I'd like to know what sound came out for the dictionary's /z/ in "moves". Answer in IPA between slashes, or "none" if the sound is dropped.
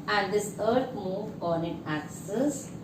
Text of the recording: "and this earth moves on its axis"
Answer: none